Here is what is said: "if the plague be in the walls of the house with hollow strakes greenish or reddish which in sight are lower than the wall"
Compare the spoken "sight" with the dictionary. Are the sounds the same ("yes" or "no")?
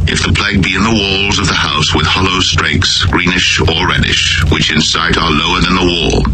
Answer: yes